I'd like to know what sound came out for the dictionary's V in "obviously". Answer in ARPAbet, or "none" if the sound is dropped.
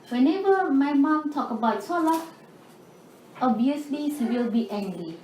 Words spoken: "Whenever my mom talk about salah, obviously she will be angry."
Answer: none